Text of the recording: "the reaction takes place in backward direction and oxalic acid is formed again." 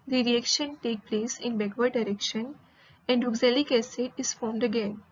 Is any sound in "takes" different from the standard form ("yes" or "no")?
yes